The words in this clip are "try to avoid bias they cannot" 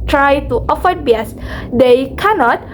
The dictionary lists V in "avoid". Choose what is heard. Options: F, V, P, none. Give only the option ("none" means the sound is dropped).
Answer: F